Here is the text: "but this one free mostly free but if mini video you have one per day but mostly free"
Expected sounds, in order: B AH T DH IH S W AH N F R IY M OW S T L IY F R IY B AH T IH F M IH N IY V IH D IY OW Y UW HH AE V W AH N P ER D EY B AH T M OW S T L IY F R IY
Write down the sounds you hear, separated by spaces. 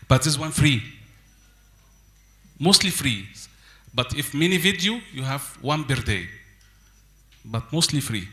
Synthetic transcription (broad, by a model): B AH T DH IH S W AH N F R IY M OW S T L IY F R IY B AH T IH F M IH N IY V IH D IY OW Y UW HH AE V W AH N B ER D EY B AH T M OW S T L IY F R IY